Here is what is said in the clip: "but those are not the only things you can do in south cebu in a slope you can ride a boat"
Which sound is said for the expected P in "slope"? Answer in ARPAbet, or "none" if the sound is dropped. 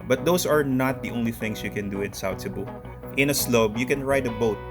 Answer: B